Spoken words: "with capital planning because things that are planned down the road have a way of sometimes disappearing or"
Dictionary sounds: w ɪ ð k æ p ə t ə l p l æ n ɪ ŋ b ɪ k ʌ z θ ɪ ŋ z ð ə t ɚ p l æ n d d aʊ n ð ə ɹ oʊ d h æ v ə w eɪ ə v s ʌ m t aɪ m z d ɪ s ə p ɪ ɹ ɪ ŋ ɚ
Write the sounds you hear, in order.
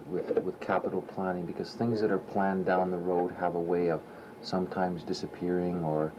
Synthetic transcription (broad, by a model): w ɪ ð k æ p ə t l p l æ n ɪ ŋ b ɪ k ʌ z θ ɪ ŋ z ð ə t ɚ p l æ n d d aʊ n ð ə ɹ oʊ d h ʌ v ə w eɪ ə v s ʌ m t aɪ m z d ɪ s ə p ɪ ɹ ɪ ŋ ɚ